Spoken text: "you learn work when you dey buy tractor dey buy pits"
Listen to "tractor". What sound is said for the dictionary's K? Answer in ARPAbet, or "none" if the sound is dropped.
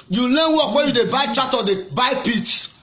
none